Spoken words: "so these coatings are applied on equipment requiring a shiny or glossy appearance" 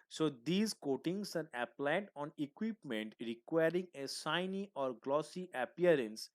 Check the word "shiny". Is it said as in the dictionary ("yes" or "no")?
no